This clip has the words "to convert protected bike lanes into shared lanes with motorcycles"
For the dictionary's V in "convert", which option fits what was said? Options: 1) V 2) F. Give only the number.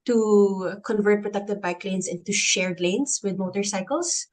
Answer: 1